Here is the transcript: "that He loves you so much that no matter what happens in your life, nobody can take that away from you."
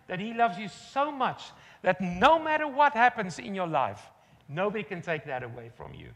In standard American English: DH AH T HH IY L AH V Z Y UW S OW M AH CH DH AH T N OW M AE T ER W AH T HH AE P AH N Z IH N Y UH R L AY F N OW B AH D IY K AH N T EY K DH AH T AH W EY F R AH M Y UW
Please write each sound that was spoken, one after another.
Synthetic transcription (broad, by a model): DH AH T HH IY L AH V Z Y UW S OW M AH CH DH AH T N OW M AE T ER W AH T HH AE P AH N Z IH N Y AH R L AY F N OW B AH D IY K AH N T EY K DH AH T AH W EY F R AH M Y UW